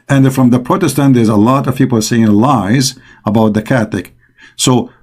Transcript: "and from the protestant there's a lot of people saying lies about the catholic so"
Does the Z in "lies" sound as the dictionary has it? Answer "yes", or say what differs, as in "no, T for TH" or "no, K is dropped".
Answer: yes